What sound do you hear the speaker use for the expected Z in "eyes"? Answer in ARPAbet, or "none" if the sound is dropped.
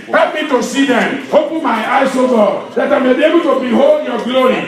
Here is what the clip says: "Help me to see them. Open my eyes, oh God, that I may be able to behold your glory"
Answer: S